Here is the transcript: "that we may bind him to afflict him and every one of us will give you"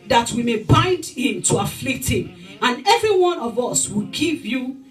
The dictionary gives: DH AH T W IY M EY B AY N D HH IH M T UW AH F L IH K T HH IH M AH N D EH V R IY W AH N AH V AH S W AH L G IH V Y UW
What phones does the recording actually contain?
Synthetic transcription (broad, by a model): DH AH T W IY M EY B AY N D HH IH M T UW AH F L IH K T HH IH M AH N EH V R IY W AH N AH V AH S W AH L G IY V Y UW